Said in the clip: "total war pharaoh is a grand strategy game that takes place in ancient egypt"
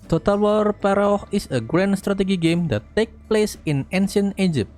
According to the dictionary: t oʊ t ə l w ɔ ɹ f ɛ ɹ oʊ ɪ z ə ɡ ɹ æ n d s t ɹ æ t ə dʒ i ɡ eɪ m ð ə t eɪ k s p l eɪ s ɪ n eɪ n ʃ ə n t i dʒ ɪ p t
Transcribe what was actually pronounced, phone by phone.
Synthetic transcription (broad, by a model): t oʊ t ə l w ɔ ɹ p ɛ ɹ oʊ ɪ s ə ɡ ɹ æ n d s t ɹ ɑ t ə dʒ i ɡ eɪ m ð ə t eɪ k p l eɪ s ɪ n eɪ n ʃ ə n i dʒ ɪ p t